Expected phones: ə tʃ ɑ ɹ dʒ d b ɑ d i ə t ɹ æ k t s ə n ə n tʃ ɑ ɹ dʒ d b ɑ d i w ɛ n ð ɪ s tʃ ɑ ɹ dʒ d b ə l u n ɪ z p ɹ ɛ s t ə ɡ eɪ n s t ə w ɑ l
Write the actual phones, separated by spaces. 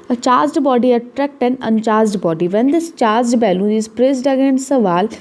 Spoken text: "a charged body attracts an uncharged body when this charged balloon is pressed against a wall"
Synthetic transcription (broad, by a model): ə tʃ ɑ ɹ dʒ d b ɑ d i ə t ɹ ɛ k t ə n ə n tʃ ɑ ɹ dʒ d b ɑ d i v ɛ n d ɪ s tʃ ɑ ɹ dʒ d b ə l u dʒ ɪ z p ɹ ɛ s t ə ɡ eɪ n s ə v ɑ l